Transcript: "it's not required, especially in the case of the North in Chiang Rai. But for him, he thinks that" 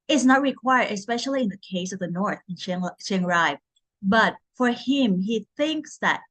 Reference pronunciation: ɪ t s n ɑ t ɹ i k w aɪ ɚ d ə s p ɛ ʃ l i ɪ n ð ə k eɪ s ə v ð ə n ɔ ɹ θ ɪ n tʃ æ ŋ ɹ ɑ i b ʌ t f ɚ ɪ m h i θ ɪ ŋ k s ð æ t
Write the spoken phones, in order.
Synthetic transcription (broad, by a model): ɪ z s n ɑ t ɹ i k w aɪ ɚ d ə s p ɛ ʃ l i ɪ n ð ə k eɪ s ə v ð ə n ɔ ɹ θ ɪ n ʃ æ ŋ ɹ ɑ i b ʌ t f ɚ ɪ m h i θ ɪ ŋ k s ð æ t